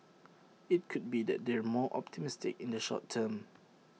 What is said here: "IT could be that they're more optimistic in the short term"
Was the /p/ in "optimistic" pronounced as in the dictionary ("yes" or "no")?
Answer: yes